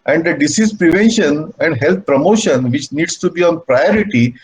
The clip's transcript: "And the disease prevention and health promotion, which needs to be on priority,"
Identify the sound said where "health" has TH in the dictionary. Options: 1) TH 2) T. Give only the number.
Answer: 2